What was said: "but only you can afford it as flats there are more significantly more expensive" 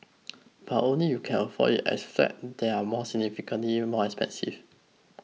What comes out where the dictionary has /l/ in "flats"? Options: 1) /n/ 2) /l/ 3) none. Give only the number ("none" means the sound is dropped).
3